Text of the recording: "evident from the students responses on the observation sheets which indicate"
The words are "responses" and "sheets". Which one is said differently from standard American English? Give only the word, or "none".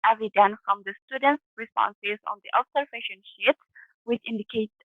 sheets